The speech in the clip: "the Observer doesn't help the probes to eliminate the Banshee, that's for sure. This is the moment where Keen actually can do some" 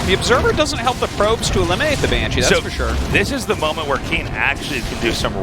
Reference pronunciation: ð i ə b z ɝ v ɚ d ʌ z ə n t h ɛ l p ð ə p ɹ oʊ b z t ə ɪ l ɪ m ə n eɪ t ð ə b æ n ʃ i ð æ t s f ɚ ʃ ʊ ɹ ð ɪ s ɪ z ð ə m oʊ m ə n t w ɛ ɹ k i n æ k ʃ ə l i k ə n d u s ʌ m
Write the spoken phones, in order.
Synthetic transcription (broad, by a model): ð i ə b z ɝ v ɚ d ʌ z ə n t h ɛ l p ð ə p ɹ oʊ b z t ə ɪ l ɪ m ə n eɪ t ð ə b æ n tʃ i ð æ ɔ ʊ f ɚ ʃ ʊ ɹ ð ɪ s ɪ z ð ə m oʊ m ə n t w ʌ ɹ k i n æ k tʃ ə l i k ə n d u s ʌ m